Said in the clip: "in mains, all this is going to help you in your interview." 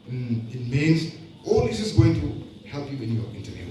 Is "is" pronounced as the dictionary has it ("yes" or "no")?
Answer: no